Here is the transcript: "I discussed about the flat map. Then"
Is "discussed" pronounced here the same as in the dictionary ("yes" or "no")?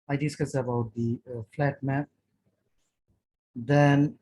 no